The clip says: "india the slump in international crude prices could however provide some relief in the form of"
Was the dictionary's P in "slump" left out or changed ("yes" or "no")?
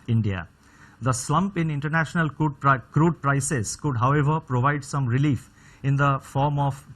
no